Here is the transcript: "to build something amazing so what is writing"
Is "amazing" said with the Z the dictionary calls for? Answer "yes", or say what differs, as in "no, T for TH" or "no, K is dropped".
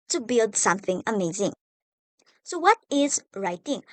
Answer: yes